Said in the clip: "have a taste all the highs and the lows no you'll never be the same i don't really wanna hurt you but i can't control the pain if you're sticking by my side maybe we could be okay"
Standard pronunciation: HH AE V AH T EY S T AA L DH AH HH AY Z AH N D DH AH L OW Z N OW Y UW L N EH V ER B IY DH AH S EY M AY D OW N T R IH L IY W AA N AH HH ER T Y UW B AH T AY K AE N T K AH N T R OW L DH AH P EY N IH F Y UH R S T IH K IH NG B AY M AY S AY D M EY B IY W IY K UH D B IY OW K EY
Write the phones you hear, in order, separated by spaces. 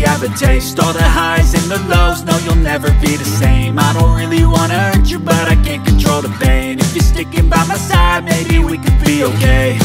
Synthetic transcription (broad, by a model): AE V AH T EY S T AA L DH AH HH AY Z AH N DH AH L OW Z N OW Y UW L N EH V ER B IY DH AH S EY M AY D OW N T R IH L IY W AA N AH ER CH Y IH B AH T AY K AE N K AH N T R OW L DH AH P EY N IH F Y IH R S T IH K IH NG B AY M AY S AY D M EY B IY W IY K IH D B IY OW K EY